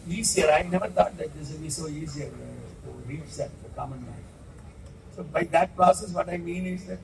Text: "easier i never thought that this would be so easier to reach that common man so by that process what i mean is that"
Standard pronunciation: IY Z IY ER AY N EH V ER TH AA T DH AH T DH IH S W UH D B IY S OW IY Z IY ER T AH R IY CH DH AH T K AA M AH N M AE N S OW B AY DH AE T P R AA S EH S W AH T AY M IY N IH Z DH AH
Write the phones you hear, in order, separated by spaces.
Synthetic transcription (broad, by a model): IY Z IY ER AY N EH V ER T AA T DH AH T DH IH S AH B IY S OW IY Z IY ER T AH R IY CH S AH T K AA M AH N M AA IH S OW B AY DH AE T P R AA S EH S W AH T AY M IY N IH Z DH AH